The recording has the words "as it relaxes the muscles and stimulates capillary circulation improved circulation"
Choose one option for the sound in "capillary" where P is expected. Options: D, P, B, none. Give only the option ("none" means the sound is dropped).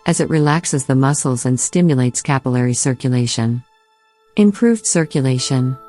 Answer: P